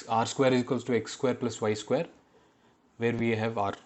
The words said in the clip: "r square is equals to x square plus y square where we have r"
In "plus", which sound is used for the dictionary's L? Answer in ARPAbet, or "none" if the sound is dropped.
L